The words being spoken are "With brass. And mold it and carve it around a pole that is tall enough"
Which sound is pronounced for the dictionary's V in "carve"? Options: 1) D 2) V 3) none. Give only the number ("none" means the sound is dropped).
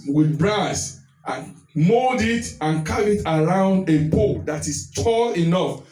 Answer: 3